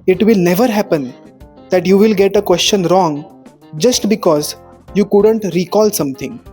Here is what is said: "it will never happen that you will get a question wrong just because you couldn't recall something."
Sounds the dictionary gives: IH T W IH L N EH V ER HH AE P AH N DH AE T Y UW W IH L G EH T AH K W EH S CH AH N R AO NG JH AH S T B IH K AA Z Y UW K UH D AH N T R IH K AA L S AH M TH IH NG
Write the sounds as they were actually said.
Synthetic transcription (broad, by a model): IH T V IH L N EH V ER HH AE P AH N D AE T Y UW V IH L G EH T AH K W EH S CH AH N R AO NG JH AH S T B IH K AA Z Y UW K UH D AH N T R IH K AA L S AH M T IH NG